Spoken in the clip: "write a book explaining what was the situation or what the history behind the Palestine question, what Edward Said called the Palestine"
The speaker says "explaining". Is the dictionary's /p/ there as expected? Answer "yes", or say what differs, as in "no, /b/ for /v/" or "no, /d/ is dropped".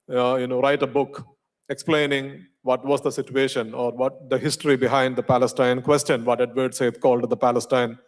yes